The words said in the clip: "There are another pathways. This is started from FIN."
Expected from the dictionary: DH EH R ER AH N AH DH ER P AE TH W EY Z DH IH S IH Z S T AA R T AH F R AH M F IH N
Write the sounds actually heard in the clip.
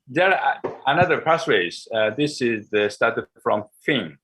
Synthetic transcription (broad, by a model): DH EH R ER AH N AH DH ER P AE S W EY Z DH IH S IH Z S T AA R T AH F R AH M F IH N